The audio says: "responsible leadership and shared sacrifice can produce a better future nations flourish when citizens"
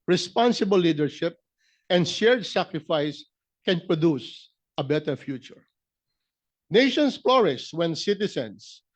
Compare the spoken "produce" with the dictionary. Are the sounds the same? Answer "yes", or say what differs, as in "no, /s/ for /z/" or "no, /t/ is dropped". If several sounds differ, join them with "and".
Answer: yes